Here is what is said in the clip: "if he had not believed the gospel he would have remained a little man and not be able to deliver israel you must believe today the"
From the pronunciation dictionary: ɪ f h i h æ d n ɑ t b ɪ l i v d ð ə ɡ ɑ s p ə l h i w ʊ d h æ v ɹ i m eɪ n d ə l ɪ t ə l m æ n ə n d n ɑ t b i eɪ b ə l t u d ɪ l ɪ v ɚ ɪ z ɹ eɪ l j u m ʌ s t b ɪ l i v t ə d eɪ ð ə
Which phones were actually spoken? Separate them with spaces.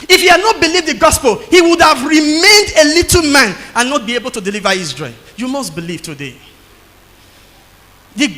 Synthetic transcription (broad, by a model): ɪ f h i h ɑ d n ɑ t b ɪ l i v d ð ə ɡ ɑ s p ə l h i w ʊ d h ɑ v ɹ i m eɪ n d ə l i t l m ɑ n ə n n ɑ t b i eɪ b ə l t u d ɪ l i v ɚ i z ɹ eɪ j u m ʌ s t b ɪ l i v t ə d eɪ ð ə